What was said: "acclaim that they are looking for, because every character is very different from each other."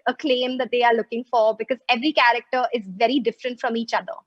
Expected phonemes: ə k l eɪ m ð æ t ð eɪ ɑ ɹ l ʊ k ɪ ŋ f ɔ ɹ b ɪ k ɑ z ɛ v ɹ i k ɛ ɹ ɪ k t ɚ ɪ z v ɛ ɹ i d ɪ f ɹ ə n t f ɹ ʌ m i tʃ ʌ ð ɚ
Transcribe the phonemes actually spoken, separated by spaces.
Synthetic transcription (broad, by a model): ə k l eɪ m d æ t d eɪ ɑ ɹ l ʊ k ɪ ŋ f ɔ ɹ b ɪ k ɑ z ɛ v ɹ i k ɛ ɹ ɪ k t ɚ ɪ z v ɛ ɹ i d ɪ f ɹ ə n t f ɹ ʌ m i tʃ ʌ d ɚ